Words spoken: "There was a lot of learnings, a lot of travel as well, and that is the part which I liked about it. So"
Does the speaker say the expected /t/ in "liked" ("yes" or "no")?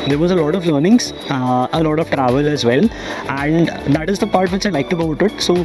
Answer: yes